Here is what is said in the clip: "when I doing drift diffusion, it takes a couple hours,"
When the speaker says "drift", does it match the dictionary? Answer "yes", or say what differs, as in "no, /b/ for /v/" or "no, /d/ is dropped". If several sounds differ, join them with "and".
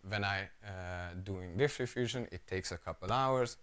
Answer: no, /ɹ/ is dropped